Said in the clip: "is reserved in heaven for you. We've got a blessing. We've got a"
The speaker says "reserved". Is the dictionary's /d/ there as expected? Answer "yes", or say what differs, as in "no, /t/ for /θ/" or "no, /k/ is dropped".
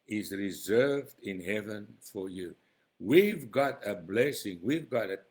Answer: yes